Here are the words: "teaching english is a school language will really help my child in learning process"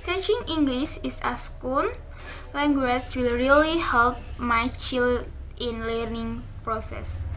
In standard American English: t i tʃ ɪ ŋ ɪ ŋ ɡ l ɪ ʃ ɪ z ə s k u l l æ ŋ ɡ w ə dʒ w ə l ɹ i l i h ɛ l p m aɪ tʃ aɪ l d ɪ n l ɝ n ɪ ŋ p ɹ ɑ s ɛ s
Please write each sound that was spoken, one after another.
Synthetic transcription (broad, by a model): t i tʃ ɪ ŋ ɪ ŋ ɡ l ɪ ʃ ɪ s ə s k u n l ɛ ŋ ɡ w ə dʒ w ə l ɹ i l i h ɛ l p m aɪ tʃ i l ɪ n l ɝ n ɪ ŋ p ɹ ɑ s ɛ s